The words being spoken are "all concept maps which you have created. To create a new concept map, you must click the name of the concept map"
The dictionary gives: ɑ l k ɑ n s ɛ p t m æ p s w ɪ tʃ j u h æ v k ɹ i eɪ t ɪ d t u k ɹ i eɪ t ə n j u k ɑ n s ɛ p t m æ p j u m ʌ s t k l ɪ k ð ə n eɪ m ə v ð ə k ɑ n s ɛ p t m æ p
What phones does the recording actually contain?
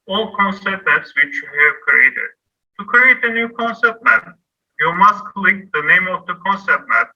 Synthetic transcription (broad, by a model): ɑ l k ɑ n s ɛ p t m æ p s w ɪ tʃ j u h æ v k ɹ i eɪ t ɪ d t u k ɹ i eɪ t ə n j u k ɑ n s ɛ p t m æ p j u m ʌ s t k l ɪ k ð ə n eɪ m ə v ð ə k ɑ n s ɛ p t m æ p